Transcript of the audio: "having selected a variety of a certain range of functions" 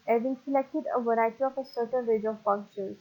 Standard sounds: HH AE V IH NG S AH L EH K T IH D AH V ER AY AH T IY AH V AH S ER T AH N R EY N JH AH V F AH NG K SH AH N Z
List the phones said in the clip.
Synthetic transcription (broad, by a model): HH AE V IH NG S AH L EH K T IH D AH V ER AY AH T IY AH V AH S ER T AH N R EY JH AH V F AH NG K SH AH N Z